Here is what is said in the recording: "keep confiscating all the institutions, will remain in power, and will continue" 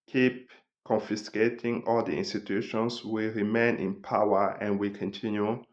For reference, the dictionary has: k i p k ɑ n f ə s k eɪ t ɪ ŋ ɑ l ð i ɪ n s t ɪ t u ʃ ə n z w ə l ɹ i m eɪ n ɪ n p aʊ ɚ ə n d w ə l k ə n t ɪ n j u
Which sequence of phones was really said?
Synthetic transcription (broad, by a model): k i p k ɑ n f ə s k eɪ t ɪ ŋ ɑ l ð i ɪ n s t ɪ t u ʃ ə n s w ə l ɹ i m eɪ n ɪ n p aʊ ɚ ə n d w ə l k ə n t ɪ n j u